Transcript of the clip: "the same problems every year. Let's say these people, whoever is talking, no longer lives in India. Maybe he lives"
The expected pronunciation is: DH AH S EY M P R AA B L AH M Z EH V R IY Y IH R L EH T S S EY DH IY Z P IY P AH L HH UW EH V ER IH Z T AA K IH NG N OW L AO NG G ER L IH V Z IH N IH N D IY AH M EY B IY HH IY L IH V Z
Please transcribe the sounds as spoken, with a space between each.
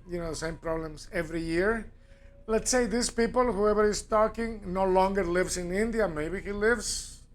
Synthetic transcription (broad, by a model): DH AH S EY M P R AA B L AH M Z EH V R IY Y IH R L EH T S S EY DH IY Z P IY P AH L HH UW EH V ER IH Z T AA K IH NG N OW L AO NG G ER L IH V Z IH N IH N D IY AH M EY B IY HH IY L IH V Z